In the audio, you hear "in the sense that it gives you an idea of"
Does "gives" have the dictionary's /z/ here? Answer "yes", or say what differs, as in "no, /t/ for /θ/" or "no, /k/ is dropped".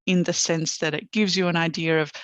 yes